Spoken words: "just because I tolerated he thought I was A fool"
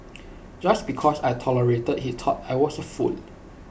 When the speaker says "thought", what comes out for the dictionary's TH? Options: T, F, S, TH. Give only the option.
T